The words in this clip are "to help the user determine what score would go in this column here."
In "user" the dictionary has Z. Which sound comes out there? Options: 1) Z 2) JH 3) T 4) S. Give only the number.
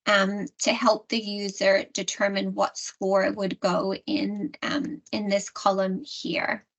1